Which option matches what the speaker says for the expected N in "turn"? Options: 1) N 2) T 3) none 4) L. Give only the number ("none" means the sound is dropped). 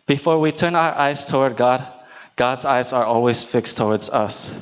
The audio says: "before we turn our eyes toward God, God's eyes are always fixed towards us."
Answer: 1